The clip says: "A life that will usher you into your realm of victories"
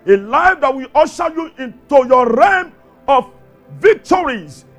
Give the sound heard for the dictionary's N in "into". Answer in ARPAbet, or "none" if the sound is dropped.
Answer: N